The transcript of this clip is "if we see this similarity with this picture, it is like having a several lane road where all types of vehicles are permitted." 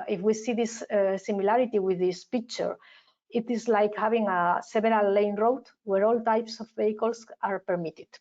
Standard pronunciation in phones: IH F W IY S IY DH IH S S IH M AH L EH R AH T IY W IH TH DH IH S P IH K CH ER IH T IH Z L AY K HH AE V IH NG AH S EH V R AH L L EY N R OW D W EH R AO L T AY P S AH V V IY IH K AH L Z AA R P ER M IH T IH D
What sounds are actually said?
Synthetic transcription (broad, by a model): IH F W IY S IY DH IH S S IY M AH L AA R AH T IY W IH DH IH S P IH K CH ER IH T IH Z L AY K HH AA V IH NG AH S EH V R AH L L EY N R OW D W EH R AO L T AY P S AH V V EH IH K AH L S AA R P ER M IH T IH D